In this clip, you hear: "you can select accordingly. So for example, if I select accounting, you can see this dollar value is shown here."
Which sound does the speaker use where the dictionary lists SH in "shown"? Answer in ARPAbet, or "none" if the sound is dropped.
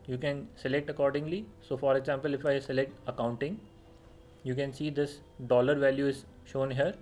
SH